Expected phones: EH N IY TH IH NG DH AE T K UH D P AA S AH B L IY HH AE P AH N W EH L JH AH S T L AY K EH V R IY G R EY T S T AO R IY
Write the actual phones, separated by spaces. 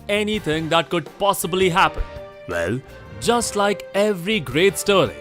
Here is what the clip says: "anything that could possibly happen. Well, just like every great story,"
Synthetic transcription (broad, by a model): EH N IY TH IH NG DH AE T K UH D P AA S AH B L IY HH AE P AH N W EH L JH AH S T L AY K EH V R IY G R EY T S T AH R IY